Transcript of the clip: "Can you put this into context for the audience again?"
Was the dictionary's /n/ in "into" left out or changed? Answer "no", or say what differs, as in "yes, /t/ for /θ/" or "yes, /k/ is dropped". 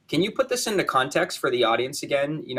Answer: no